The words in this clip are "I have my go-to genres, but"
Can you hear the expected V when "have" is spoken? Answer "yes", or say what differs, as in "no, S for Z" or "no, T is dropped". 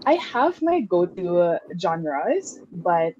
yes